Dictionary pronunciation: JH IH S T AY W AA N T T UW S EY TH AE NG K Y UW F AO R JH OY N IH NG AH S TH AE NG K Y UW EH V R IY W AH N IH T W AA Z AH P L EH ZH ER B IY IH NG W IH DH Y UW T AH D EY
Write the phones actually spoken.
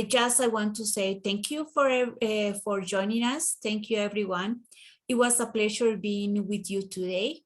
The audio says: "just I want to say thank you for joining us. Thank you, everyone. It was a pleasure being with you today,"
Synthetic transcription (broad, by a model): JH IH S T AY W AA N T T UW S EY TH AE NG K Y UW F AO R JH OY N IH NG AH S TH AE NG K Y UW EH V R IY W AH N IH T W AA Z AH P L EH SH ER B IY IH NG W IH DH Y UW T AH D EY